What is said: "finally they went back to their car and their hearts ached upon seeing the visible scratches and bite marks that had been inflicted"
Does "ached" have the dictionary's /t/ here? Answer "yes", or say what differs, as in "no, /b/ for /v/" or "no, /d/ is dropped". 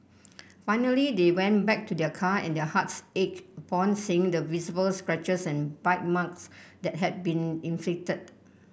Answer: no, /t/ is dropped